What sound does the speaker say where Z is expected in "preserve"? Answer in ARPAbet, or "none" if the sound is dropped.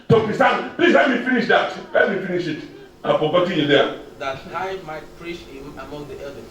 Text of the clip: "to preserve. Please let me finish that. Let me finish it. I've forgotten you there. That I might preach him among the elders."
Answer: S